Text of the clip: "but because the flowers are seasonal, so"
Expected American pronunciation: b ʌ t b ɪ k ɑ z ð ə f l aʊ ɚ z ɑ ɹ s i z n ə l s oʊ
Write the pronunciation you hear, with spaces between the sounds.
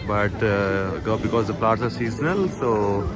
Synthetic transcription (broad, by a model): b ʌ t b ɪ k ɑ z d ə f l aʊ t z ɑ ɹ s i z n ə l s oʊ